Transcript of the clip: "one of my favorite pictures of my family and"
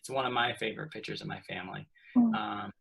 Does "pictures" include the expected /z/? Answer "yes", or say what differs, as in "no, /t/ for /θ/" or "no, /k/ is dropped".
yes